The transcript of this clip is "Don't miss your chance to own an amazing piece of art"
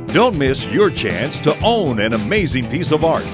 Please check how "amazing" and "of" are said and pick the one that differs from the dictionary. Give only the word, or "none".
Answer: none